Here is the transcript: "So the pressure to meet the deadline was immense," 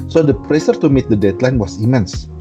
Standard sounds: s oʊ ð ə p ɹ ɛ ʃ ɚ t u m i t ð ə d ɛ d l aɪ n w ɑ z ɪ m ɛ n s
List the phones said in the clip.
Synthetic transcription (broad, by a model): s oʊ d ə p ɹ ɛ s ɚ t u m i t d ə d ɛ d l aɪ n w ɑ s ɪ m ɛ n s